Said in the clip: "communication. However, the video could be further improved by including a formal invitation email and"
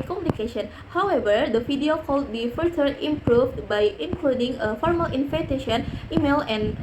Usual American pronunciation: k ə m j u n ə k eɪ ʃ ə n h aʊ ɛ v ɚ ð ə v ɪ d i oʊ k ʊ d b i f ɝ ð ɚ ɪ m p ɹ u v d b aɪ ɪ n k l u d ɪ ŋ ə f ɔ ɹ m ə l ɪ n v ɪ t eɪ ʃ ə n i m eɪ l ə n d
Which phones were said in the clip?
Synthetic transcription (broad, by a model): k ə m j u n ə k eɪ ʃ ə n h aʊ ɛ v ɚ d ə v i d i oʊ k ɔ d b i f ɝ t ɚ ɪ m p ɹ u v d b aɪ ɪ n k l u d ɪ ŋ ə f ɔ ɹ m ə l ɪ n f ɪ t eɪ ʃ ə n i m eɪ l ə n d